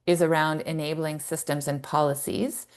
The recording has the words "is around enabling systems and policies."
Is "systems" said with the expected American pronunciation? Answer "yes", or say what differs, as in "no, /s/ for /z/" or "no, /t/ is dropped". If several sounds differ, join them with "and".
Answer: yes